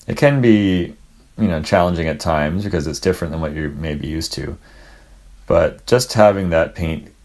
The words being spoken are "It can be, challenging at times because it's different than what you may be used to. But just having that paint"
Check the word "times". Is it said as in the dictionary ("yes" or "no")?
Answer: yes